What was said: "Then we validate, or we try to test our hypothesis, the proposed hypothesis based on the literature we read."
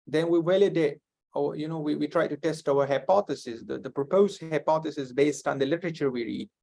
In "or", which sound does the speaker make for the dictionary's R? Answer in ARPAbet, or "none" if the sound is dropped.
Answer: W